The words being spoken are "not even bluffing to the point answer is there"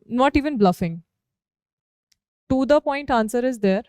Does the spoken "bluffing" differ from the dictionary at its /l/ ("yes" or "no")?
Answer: no